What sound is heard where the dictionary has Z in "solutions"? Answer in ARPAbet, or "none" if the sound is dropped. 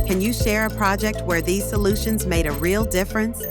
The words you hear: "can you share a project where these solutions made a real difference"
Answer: Z